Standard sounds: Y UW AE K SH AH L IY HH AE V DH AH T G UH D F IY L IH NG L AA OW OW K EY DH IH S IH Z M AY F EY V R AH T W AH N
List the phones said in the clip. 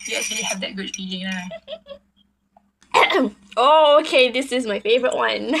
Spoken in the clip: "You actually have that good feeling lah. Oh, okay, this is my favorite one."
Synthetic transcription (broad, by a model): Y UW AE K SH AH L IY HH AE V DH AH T G UH D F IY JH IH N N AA OW OW K EY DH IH S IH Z M AY F EY V R AH T W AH N